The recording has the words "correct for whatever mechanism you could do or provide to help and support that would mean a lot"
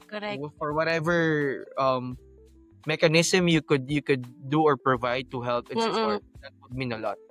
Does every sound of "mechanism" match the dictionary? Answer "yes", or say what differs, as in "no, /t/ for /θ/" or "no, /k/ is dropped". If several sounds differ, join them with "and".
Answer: no, /s/ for /z/